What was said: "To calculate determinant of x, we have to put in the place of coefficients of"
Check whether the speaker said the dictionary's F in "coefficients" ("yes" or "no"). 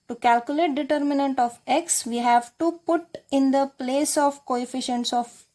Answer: yes